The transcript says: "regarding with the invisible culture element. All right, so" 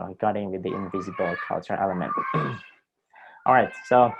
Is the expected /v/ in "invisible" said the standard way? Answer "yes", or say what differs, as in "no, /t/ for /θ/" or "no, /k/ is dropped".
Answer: yes